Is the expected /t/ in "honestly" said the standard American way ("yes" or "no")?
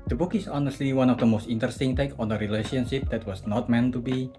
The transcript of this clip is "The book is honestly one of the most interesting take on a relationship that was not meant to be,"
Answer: yes